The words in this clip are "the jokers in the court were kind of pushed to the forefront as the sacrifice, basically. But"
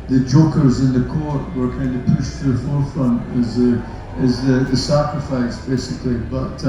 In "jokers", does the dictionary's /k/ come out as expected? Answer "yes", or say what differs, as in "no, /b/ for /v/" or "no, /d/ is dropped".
yes